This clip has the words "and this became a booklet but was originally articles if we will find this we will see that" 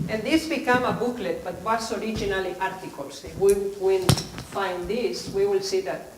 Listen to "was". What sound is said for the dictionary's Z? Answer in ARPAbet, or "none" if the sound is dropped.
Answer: S